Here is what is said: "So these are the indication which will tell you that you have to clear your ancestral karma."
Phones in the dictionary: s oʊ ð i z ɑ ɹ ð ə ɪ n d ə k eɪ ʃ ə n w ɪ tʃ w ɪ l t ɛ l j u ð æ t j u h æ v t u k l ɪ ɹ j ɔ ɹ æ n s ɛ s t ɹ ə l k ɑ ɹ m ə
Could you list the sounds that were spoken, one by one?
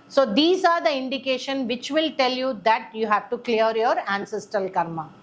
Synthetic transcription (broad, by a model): s oʊ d i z ɑ ɹ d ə ɪ n d ə k eɪ ʃ ə n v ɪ tʃ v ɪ l t ɛ l j u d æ t j u h æ v t u k l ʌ ɹ j ɔ ɹ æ n s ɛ s t ə l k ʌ ɹ m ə